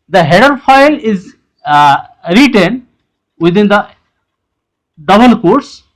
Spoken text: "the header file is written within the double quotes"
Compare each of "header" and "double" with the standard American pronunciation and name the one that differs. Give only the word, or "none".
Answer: double